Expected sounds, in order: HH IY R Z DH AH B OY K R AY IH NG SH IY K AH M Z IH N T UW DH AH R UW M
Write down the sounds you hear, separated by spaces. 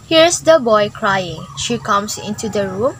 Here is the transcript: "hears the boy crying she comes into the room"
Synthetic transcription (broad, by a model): HH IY R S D AH B OY K R AY IH NG SH IY K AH M S IH N T UW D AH R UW M